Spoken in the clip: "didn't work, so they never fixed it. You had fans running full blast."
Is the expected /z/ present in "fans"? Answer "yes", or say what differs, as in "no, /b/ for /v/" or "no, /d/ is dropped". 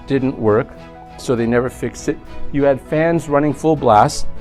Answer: yes